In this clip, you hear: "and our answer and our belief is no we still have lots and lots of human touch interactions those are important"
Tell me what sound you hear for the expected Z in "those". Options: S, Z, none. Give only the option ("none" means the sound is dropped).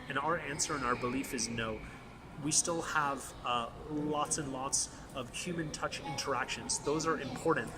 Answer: Z